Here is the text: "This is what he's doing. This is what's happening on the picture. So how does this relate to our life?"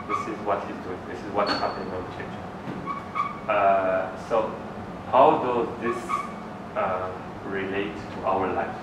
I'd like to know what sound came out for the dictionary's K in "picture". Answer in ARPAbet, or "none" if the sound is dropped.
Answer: none